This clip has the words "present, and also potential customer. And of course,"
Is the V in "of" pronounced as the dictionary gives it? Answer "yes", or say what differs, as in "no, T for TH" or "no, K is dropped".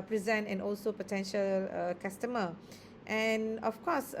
no, F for V